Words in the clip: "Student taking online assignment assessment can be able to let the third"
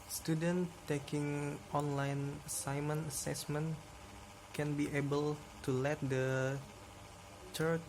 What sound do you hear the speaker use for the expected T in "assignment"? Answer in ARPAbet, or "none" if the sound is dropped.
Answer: none